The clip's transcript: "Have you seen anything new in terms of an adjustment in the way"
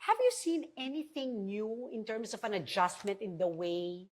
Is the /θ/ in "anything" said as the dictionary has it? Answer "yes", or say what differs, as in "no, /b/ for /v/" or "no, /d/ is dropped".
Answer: yes